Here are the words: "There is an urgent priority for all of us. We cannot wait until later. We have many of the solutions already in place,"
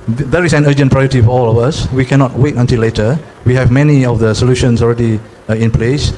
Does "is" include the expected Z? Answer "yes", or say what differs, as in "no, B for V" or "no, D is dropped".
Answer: no, S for Z